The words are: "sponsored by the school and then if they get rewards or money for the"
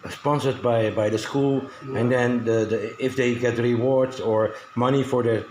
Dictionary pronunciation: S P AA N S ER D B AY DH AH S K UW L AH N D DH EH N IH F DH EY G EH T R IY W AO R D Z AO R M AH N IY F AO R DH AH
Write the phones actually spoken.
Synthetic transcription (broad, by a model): S P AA N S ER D B AY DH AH S K UW L AH N D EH N IH F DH EY G EH T R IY W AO R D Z AO R M AH N IY F AO R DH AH